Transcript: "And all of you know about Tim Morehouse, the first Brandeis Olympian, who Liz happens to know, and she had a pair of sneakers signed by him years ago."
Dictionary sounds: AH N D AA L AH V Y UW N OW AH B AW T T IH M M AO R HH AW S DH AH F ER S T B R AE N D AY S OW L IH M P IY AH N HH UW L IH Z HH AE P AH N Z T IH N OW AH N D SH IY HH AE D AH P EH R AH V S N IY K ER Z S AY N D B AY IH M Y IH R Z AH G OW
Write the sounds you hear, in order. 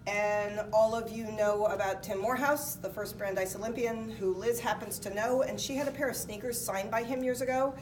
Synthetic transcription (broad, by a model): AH N AA L AH V Y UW N OW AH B AW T T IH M M AO R HH AW S DH AH F ER S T B R AE N D AY S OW L IH M P IY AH N HH UW L IH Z HH AE P AH N Z T IH N OW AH N SH IY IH D AH P EH R AH V S N IY K ER Z S AY N B AY IH M Y IH R Z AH G OW